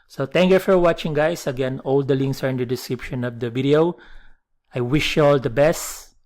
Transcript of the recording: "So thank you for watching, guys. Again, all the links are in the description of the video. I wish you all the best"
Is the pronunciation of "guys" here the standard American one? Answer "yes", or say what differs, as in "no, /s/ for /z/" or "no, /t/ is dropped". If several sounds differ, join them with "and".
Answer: no, /s/ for /z/